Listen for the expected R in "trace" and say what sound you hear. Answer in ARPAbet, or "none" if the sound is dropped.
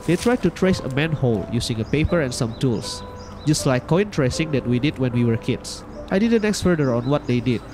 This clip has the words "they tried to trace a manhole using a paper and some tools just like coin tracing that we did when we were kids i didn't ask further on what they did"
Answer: R